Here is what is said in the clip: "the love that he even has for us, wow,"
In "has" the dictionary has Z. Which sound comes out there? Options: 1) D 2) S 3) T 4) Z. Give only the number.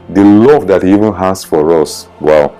2